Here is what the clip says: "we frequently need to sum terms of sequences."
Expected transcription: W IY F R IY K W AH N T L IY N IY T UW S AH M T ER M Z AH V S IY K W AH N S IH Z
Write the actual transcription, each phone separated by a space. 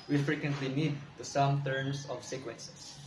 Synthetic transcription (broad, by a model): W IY F R IY K W AH N T L IY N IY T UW S AH M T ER M S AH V S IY K W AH N S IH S